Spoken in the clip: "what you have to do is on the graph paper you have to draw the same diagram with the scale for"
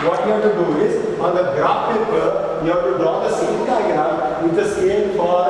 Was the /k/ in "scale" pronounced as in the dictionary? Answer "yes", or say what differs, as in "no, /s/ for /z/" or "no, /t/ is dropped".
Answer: no, /k/ is dropped